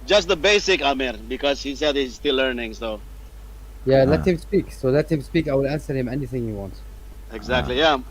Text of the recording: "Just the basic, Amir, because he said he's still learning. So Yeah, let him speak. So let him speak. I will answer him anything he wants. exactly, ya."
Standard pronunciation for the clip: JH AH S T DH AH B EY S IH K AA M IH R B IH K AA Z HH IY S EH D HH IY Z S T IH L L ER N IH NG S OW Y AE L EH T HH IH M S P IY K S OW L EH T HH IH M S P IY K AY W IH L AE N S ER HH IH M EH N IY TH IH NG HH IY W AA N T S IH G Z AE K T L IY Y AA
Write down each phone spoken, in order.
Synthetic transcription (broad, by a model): JH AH S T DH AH B EY S IH K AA M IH R B IH K AA Z HH IY S EH D HH IY Z S T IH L L ER N IH NG S OW Y AE L EH T HH IH M S P IY K S OW L EH T HH IH M S P IY K AY W IH L AE N S ER HH IH M EH N IY TH IH NG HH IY W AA N T IH G Z AE K T L IY Y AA